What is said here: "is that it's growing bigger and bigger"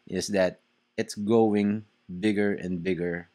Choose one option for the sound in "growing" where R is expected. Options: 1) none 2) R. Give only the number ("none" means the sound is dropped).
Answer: 1